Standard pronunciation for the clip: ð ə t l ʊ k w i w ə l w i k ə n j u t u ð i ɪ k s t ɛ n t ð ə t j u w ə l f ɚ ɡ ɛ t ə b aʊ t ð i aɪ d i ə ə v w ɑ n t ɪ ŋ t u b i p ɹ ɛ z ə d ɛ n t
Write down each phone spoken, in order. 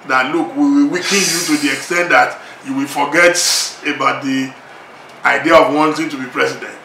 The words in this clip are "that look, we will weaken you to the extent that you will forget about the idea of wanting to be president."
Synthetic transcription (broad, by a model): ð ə t l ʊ k w i w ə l w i k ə n j u t u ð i ɪ k s t ɛ n t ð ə t j u w ə l f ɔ ɡ ɛ t ə b aʊ t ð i aɪ d i ə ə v w ɑ n t ɪ ŋ t u b i p ɹ ɛ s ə d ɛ n t